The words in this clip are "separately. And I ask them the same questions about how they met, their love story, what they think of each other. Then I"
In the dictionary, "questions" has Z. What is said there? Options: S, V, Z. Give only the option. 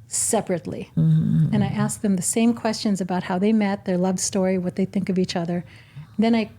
Z